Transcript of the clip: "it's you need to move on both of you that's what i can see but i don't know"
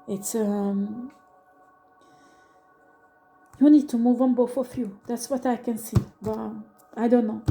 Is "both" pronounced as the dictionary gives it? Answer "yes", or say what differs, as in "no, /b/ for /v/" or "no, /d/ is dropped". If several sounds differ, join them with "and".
no, /f/ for /θ/